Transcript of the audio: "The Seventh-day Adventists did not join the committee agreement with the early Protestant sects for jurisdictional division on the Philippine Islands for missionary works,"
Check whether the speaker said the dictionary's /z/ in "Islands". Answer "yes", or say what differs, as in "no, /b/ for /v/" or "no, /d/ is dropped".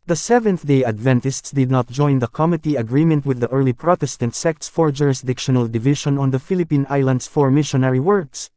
no, /s/ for /z/